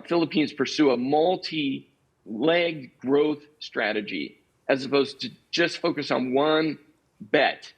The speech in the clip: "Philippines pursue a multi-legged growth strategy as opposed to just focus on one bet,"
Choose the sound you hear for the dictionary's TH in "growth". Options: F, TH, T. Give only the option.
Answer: TH